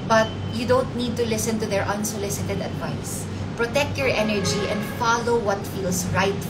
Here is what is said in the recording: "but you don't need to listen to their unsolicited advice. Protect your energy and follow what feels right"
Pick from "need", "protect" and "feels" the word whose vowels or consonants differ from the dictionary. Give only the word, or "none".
feels